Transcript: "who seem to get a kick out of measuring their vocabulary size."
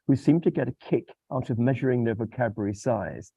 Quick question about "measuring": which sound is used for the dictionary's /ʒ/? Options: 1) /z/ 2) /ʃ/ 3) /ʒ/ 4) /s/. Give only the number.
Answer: 3